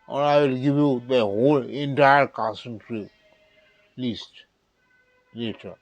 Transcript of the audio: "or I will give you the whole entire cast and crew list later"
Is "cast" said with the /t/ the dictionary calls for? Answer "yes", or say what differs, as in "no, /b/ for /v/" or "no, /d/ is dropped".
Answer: no, /t/ is dropped